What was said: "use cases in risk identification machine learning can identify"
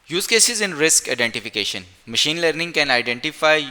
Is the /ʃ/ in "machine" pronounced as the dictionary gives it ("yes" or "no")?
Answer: yes